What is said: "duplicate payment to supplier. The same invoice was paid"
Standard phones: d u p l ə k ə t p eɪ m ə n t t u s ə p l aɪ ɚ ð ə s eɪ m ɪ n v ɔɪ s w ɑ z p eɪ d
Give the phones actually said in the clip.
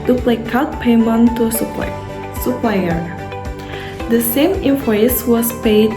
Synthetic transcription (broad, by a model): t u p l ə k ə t p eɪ m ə n t s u s ə p l aɪ ɚ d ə s eɪ m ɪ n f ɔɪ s w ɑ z p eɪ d